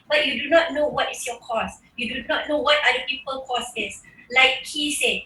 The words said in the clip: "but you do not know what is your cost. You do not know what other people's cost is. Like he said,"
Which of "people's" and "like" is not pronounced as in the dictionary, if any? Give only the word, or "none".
people's